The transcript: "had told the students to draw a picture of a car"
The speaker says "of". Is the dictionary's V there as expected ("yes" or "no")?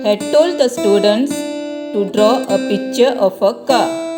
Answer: no